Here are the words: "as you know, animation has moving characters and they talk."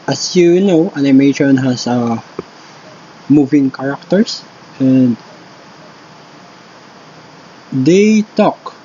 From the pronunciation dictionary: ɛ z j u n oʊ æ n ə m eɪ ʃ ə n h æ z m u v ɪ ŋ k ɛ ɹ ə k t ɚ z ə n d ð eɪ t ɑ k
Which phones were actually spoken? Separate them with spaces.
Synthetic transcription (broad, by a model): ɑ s j u n oʊ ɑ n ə m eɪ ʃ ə n h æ s m u v ɪ ŋ k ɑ ɹ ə k t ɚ s ə n d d eɪ t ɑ k